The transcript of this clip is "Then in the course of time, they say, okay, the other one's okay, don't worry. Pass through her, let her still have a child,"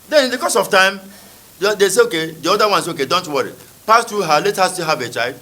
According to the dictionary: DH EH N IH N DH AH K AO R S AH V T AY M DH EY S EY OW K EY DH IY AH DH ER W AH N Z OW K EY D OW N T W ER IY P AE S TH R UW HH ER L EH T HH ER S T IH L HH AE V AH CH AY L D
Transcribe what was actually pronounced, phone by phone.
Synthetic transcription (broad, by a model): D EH N IH N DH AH K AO S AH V T AY M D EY S EY OW K EY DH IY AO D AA W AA N S OW K EY D OW N T W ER IY P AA S T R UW HH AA L EH T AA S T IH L HH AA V AH CH AY L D